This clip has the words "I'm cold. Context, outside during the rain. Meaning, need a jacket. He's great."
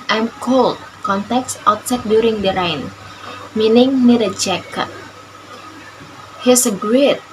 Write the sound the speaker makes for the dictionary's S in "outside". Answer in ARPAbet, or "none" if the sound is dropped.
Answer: none